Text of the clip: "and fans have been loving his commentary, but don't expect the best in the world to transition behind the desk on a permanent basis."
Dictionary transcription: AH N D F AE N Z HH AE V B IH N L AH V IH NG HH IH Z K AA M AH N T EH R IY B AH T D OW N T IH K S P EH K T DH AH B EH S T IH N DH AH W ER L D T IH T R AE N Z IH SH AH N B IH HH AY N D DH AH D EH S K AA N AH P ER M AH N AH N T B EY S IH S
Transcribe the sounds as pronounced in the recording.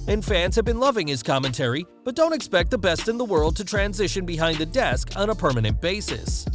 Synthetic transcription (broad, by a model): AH N F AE N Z HH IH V B IH N L AH V IH NG IH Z K AA M AH N T EH R IY B AH T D OW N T IH K S P EH K T DH AH B EH S T IH N DH AH W ER L D T IH T R AE N Z IH SH AH N B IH HH AY N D DH AH D EH S K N AH P ER M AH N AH N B EY S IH S